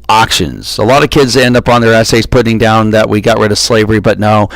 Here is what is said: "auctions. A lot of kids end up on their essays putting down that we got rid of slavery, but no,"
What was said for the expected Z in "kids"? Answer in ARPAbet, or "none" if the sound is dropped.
Z